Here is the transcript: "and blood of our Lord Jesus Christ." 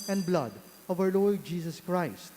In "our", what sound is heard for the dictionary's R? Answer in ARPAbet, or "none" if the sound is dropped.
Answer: W